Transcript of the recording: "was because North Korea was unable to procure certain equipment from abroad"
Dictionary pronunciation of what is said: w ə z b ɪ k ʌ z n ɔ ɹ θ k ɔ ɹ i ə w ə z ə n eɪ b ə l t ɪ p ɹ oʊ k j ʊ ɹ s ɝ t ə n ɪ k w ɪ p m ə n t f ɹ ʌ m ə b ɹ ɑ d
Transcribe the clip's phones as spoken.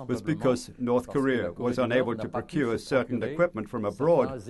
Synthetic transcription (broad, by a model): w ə z b ɪ k ʌ z n ɔ ɹ θ k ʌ ɹ i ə w ə z ə n eɪ b ə l t ɪ p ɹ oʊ k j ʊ ɹ s ɝ t n ɪ k w ɪ p m ə n t f ɹ ʌ m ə b ɹ ɑ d